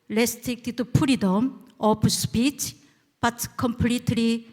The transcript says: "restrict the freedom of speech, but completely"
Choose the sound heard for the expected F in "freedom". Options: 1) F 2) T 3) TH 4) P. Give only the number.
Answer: 4